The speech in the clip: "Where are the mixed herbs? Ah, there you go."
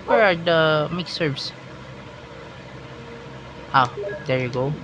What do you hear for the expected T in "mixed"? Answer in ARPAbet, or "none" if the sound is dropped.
none